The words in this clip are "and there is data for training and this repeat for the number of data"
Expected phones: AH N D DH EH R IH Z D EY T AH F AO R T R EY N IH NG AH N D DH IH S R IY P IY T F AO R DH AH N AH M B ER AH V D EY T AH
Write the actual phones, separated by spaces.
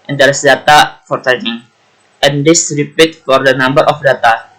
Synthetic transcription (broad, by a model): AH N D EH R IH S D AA T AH F AO R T EY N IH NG AH N D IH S R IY P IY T F AO R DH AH N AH M B ER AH F D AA T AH